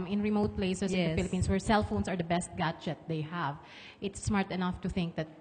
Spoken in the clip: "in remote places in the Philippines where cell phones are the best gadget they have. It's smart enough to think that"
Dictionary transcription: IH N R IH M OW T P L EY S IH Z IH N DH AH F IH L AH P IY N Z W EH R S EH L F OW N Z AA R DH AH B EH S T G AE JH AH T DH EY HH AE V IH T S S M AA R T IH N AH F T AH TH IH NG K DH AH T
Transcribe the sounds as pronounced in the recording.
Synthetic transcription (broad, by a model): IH N R IH M OW T P L EY IH S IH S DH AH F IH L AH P IY N S W EH R S EH L F OW N S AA R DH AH B EH S T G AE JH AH T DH EY HH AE V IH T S S M AA R T IH N AH F T AH TH IH NG K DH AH T